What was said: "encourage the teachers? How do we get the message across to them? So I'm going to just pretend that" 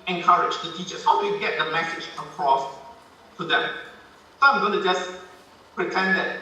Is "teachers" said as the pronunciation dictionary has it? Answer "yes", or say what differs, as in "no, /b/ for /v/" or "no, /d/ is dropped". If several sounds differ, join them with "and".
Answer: no, /s/ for /z/